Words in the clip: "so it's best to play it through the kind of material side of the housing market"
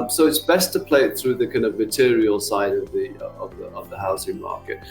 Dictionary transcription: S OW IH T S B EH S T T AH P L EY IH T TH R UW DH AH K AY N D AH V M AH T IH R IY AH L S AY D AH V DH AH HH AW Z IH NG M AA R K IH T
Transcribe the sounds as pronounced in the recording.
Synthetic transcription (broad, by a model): S OW IH T S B EH S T T AH P L EY IH T TH R UW DH AH K AY N D AH V M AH T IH R IY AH L S AY D AH V DH AH HH AW S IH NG M AA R K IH T